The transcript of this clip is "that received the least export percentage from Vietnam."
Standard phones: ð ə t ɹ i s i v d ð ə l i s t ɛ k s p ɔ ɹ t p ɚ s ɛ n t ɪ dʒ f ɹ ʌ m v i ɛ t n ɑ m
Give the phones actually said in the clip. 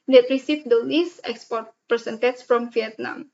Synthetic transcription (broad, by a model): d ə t ɹ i s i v d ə n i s ɛ k s p ɔ ɹ t p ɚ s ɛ n t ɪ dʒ f ɹ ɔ m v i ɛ t n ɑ m